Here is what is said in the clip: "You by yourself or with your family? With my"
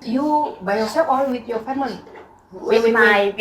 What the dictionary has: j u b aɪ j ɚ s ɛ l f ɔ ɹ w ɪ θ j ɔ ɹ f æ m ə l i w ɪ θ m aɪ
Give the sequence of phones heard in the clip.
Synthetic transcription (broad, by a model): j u b aɪ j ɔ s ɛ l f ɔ l w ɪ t j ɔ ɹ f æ m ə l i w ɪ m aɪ